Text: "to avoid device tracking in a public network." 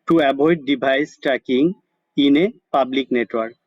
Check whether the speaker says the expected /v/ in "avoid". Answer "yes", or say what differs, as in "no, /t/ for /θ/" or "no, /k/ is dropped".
no, /b/ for /v/